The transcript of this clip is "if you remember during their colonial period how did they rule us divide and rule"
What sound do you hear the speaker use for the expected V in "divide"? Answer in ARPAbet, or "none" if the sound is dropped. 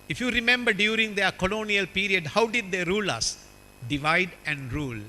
V